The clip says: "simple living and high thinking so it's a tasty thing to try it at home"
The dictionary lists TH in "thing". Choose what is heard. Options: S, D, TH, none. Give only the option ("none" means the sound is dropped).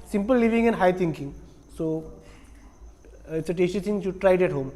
S